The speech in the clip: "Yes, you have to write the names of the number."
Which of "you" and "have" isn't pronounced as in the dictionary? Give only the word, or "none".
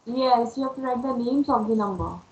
have